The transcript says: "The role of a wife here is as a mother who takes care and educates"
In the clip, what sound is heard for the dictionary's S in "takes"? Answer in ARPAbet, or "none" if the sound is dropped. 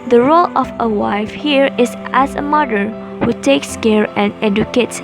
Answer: S